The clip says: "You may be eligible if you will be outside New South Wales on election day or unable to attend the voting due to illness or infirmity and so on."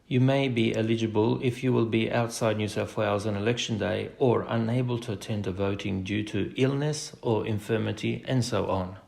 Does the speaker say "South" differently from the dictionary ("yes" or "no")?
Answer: yes